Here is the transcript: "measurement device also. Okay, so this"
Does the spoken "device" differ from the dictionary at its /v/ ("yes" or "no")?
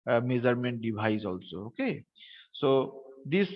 yes